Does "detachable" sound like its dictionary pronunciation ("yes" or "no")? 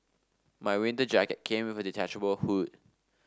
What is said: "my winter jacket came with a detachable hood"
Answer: yes